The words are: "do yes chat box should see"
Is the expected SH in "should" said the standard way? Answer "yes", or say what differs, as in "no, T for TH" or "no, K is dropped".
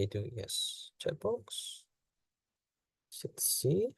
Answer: no, S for SH